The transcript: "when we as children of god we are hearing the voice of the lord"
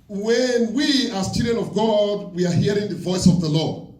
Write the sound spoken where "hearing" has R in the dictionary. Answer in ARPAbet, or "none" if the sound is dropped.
R